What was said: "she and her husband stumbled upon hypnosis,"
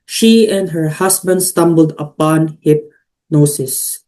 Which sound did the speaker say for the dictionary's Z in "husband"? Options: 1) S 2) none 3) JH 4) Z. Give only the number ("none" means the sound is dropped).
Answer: 1